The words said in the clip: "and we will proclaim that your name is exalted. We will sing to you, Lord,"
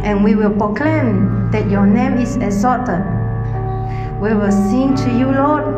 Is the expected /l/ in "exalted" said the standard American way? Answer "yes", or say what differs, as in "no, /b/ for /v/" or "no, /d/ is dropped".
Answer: no, /l/ is dropped